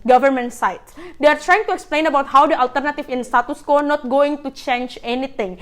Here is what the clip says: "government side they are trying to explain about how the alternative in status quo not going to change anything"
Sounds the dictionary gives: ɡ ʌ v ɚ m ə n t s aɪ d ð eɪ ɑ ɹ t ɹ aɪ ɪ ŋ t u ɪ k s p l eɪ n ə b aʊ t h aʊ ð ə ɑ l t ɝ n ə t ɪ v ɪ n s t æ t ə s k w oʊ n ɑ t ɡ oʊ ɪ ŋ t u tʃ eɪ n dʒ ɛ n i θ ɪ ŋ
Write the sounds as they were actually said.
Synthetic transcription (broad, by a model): ɡ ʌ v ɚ m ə n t s aɪ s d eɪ ɑ ɹ t ɹ aɪ ɪ ŋ t u ɪ k s p l eɪ n ə b aʊ t h aʊ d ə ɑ l t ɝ n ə t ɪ f ɪ n s t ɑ t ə s k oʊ n ɑ t ɡ oʊ ɪ ŋ t u tʃ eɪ n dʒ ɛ n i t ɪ ŋ